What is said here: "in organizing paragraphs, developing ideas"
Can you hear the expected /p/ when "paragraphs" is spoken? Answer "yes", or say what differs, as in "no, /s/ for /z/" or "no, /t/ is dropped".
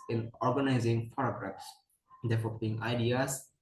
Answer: no, /f/ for /p/